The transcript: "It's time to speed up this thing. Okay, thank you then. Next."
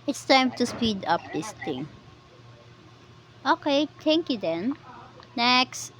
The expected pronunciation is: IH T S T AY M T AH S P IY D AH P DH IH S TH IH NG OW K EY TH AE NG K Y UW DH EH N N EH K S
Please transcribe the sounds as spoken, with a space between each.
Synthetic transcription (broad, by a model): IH T S T AY M T AH S P IY D AH P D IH S T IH NG OW K EY T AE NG K Y UW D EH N N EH K S